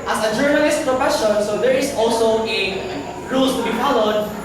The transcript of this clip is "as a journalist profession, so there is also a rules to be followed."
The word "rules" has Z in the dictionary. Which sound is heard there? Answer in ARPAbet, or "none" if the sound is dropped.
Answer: S